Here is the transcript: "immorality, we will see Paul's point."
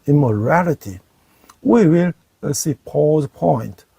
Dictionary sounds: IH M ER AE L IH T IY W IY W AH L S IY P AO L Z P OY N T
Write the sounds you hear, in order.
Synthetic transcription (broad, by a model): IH M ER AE L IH T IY W IY W AH L S IY P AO Z P OY N T